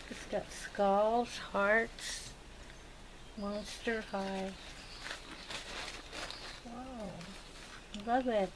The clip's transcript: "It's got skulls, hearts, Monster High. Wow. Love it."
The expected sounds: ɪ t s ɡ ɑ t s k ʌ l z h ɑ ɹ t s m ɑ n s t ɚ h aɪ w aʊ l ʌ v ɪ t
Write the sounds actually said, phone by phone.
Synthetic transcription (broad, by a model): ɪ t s ɡ ɑ t s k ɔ l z h ɑ ɹ t s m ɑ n s t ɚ h aɪ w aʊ l ʌ v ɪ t